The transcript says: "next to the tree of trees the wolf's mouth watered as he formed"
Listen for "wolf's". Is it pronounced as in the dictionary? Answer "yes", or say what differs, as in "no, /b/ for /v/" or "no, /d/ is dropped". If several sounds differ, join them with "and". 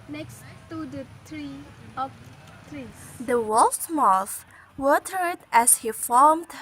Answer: no, /f/ is dropped